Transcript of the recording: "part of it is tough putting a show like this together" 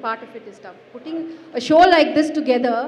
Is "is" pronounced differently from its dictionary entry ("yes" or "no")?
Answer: yes